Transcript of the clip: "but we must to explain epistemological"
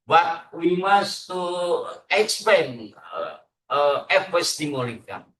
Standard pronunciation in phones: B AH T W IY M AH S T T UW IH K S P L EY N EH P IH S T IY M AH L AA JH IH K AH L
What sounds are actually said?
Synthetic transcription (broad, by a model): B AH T W IY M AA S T T UW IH K S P EY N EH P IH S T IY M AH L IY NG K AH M